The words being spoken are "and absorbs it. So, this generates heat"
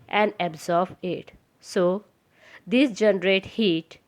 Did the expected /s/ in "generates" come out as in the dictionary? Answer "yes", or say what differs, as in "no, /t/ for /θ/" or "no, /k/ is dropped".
no, /s/ is dropped